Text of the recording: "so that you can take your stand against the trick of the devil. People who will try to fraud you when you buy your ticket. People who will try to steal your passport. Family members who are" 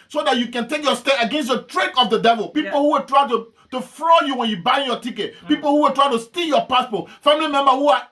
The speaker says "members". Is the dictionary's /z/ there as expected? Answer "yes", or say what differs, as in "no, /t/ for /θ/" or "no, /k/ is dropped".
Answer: no, /z/ is dropped